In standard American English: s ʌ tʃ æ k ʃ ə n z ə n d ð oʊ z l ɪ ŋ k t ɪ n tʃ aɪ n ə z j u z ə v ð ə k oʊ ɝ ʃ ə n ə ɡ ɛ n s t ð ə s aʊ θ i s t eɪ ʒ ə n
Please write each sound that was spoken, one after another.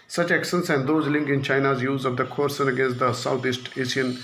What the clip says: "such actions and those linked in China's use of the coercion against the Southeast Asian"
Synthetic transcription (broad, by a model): s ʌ tʃ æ k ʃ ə n s ə n d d oʊ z l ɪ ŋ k ɪ n tʃ aɪ n ə z j u z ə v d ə k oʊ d s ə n ə ɡ ɛ n s t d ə s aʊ t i s t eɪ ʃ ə n